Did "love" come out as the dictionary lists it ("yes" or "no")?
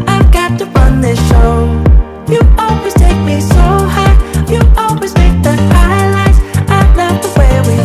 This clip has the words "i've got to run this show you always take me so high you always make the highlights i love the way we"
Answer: no